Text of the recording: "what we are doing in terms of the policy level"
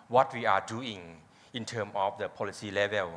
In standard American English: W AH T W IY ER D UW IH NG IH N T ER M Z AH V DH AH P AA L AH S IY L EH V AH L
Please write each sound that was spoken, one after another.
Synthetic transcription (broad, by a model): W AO T W IY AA D UW IH NG IH N T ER M AH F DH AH P AA L AH S IY L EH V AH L